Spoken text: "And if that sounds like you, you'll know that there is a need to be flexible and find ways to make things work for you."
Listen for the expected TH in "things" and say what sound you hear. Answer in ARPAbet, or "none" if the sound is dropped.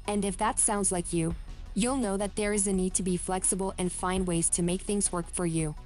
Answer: TH